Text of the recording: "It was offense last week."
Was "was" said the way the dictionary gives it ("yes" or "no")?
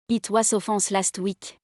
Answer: no